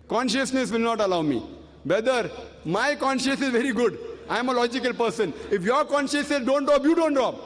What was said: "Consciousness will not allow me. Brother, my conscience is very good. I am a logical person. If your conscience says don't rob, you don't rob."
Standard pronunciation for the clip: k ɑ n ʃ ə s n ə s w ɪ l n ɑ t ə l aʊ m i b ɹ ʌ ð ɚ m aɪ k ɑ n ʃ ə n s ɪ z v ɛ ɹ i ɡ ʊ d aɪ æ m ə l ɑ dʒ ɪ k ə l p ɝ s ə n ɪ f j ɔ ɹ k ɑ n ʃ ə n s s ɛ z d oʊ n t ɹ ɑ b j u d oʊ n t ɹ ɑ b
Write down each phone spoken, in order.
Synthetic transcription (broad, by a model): k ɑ n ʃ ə s n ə s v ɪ l n ɑ t ə l aʊ m i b ɛ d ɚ m aɪ k ɑ n ʃ ə n s ɪ z v ɛ ɹ i ɡ ʊ d aɪ m ə l ɑ dʒ ɪ k ə l p ɝ s ə n ɪ f j ɔ ɹ k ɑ n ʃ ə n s s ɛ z d oʊ n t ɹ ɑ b j u d oʊ n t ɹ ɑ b